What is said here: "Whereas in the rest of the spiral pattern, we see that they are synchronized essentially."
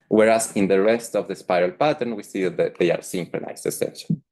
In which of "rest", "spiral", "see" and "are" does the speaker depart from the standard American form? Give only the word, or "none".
none